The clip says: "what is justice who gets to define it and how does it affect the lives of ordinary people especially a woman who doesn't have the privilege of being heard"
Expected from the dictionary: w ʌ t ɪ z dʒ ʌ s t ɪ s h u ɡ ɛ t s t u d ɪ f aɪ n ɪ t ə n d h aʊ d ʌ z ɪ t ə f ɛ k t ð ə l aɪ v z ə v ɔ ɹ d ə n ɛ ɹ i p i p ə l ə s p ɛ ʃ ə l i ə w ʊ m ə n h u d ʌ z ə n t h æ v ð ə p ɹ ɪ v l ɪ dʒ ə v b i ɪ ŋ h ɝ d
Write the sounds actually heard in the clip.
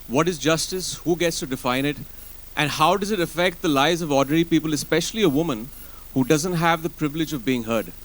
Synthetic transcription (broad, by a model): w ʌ t ɪ z dʒ ʌ s t ɪ s h u ɡ ɛ t s t u d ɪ f aɪ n ɪ t ə n d h aʊ d ʌ z ɪ t ə f ɛ k t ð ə l aɪ z ə v ɔ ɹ d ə n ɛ ɹ i p i p ə l ə s p ɛ ʃ ə l i ə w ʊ m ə n h u d ʌ z ə n t h æ v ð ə p ɹ ɪ v l ɪ dʒ ə v b i ɪ ŋ h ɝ d